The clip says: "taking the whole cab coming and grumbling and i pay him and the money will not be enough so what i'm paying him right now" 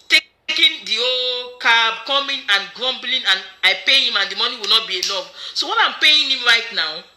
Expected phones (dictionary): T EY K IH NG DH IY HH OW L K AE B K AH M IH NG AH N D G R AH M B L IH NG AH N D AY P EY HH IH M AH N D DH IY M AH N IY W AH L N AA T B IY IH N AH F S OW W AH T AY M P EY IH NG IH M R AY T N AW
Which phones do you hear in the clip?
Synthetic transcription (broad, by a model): T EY K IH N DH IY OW K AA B K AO M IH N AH N G R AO M B L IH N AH N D AY P EY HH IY M AH N D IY M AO N IY W AH L N AA T B IY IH L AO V S OW W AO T AY M P EY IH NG IH M R AY T N AW